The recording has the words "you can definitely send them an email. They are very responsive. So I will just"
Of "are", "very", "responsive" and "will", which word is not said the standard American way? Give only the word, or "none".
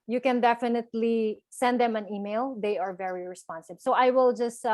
responsive